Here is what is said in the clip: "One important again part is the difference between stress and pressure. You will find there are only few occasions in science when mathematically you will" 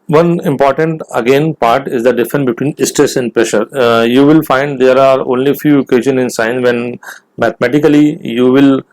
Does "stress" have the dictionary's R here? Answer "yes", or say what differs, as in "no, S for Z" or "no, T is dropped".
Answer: yes